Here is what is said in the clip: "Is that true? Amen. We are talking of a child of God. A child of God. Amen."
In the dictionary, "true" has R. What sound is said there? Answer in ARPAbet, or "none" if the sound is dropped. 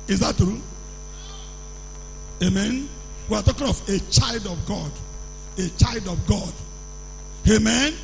R